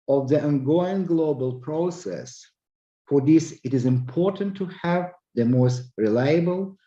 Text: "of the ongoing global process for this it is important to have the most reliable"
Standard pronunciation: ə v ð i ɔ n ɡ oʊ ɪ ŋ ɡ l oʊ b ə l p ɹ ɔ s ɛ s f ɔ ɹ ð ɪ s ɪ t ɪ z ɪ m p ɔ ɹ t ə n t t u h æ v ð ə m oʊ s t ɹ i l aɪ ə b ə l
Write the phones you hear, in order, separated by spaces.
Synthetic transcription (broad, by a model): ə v ð i ɔ n ɡ oʊ ɪ ŋ ɡ l oʊ b ə l p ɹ ɔ s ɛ s f ɔ ɹ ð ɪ s ɪ t ɪ z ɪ m p ɔ ɹ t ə n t t u h æ v ð ə m oʊ s t ɹ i l aɪ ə b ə l